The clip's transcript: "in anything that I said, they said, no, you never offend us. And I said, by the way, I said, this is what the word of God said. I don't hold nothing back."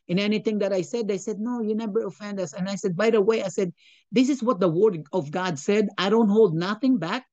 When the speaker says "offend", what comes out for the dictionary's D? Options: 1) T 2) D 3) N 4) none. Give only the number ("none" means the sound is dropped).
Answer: 2